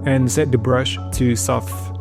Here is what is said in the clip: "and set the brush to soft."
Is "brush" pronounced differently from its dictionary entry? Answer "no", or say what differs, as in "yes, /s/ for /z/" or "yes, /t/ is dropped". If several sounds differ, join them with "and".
no